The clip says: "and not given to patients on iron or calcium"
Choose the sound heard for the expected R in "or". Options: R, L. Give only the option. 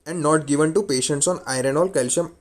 L